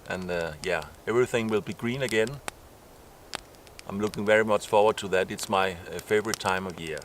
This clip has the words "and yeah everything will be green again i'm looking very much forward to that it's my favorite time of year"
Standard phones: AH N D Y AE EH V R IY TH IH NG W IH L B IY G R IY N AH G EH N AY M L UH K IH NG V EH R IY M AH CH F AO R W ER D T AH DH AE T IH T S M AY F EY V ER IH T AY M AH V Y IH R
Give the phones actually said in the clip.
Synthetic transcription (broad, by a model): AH N Y AE EH V R IY TH IH NG W IH L B IY G R IY N AH G EH N AY M L UH K IH NG V EH R IY M AH CH F AO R W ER D T AH DH AE T IH T S M AY F EY V ER IH T AY M AH V Y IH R